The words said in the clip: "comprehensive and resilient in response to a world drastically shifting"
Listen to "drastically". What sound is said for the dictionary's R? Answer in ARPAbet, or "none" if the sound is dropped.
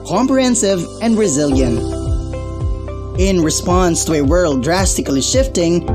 R